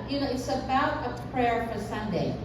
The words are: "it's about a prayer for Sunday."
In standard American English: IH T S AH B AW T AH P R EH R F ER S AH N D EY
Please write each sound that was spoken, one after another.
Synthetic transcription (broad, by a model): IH T S AH B AW T AH P R EH R F ER S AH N D EY